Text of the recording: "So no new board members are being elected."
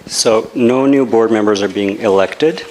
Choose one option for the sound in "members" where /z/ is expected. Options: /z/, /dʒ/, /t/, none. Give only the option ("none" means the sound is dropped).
/z/